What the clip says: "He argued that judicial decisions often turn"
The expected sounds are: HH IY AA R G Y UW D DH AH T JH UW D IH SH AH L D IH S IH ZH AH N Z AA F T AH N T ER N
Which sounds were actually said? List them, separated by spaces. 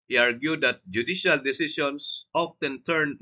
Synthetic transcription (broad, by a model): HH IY AA R G Y UW D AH T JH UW D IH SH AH L D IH S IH S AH N S AA F T AH N T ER N